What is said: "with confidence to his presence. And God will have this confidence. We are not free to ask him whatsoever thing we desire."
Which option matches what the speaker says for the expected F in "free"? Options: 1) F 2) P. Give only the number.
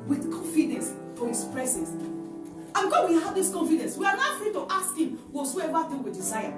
1